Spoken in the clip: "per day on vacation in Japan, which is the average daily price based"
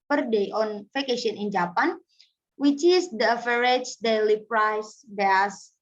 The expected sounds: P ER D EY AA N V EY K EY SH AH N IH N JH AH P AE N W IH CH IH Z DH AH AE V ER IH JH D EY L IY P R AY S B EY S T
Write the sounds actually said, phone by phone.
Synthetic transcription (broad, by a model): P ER D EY AA N F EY K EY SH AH N IH N JH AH P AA N W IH CH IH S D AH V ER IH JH D EY L IY P R AY S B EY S